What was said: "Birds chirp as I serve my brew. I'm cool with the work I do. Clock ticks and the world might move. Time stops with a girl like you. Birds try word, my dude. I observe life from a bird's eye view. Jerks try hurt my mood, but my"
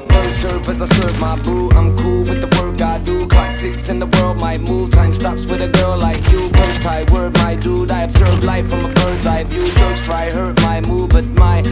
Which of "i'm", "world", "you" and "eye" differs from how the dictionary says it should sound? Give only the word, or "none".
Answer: none